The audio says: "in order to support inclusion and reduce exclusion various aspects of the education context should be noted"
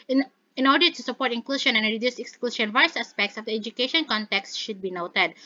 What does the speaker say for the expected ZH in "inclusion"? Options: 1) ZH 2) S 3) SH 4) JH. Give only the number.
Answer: 3